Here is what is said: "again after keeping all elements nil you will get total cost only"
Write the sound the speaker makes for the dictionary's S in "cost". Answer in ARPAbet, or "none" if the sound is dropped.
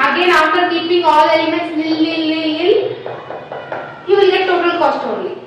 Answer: S